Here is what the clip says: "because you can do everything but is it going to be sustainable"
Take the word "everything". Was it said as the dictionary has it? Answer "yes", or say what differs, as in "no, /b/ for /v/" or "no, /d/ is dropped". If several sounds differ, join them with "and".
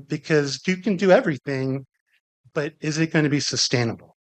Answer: yes